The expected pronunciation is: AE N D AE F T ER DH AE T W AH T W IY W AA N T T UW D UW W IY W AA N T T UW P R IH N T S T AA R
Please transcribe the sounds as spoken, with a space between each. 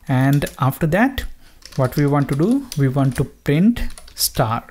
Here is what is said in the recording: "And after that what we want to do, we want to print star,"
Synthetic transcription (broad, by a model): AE N D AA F T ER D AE T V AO T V IY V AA N T T UW D UW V IY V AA N T T UW P R IH N T S T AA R